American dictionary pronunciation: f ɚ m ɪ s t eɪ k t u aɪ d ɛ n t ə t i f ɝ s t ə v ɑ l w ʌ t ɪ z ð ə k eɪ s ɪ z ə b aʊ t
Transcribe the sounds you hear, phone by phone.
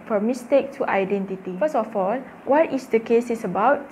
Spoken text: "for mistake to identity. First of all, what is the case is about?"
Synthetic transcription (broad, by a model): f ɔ m ɪ s t eɪ k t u aɪ d ɛ n t ə t i f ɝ s ə f ɑ l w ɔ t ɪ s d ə k eɪ s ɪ s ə b aʊ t